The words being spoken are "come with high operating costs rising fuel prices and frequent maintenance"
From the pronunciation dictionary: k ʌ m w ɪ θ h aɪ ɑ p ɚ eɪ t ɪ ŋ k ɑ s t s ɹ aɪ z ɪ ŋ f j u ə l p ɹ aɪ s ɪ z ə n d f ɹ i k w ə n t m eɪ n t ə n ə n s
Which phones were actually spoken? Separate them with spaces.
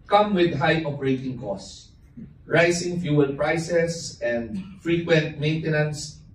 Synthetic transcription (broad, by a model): k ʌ m w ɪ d h aɪ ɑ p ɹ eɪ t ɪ ŋ k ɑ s s ɹ aɪ s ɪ ŋ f j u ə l p ɹ aɪ s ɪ s ə n d f ɹ i k w ə n t m eɪ n t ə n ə n s